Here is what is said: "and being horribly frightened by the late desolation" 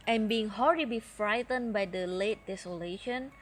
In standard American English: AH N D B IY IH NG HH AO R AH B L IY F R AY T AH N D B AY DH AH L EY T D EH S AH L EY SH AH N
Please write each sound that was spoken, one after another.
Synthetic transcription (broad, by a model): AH N B IY IH NG HH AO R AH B IY F R AY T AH N B AY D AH L EY T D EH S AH L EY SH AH N